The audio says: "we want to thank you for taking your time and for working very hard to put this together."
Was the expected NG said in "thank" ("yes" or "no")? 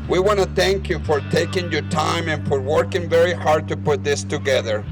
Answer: yes